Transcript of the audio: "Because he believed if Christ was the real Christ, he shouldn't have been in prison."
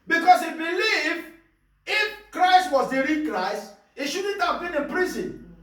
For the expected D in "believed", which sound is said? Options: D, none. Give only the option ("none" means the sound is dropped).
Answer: none